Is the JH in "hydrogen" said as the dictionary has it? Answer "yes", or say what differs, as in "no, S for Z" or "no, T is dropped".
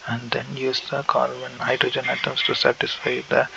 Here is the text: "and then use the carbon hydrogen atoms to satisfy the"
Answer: yes